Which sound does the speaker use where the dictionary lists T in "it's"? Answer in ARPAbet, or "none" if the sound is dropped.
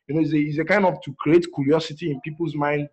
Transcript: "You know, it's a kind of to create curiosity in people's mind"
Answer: S